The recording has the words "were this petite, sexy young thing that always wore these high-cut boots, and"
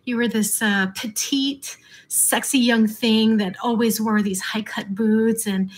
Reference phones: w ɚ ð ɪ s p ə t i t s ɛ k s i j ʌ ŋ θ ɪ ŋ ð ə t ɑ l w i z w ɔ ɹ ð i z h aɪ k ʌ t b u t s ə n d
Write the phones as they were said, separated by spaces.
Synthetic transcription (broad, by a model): w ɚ ð ɪ s p ə t i t s ɛ k s i j ʌ ŋ θ ɪ ŋ ð ə t ɑ l w i z w ɔ ɹ ð i z h aɪ k ʌ t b u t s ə n